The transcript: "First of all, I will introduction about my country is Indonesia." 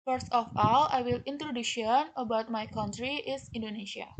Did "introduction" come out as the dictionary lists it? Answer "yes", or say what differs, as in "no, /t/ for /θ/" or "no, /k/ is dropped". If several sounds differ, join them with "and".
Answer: no, /k/ is dropped